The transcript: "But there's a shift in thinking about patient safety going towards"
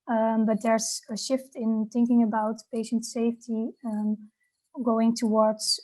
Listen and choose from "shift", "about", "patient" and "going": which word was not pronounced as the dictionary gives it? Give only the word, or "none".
none